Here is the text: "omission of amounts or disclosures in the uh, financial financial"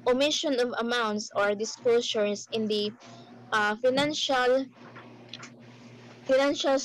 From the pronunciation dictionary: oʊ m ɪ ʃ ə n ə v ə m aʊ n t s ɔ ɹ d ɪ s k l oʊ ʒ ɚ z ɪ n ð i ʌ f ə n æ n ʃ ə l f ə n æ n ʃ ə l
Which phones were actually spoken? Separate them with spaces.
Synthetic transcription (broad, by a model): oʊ m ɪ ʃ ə n ə v ə m aʊ n t s ɔ ɹ d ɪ s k l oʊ s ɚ s ɪ n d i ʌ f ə n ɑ n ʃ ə l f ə n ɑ n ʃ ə l